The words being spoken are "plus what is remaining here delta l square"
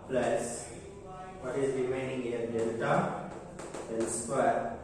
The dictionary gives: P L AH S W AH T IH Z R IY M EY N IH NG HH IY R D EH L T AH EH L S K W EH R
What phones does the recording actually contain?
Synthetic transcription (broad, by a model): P L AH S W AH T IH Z R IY M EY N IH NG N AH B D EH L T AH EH N S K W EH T